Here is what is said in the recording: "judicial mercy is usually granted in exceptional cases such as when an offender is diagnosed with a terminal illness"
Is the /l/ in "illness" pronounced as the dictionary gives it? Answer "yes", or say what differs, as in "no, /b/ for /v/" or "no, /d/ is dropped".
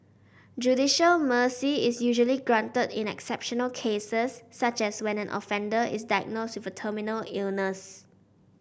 yes